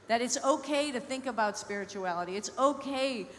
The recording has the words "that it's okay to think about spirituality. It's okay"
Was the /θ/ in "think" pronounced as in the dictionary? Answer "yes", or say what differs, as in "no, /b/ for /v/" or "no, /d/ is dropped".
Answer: yes